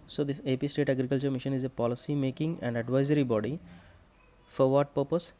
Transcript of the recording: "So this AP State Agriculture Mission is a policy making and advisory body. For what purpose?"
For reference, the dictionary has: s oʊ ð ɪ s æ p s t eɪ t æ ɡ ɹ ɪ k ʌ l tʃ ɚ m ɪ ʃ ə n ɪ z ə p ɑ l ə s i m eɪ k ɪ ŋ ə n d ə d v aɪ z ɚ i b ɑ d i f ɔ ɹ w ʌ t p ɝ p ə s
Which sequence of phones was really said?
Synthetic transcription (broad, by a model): s oʊ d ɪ s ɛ p s t eɪ t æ ɡ ɹ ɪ k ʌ l tʃ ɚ m ɪ ʃ ə n ɪ z ə p ɑ l ə s i m eɪ k ɪ ŋ ə n d ə d v aɪ z ɚ i b ɑ d i f ɔ ɹ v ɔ t p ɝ p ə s